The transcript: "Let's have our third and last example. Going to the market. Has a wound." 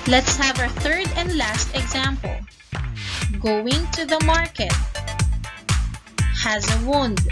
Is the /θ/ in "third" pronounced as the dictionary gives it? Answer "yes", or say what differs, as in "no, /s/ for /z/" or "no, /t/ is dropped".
yes